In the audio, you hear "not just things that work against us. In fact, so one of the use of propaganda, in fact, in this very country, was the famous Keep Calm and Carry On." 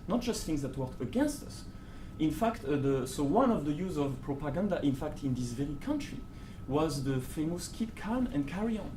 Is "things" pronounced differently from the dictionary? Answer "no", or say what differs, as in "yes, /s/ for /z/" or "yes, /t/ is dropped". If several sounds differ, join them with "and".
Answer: no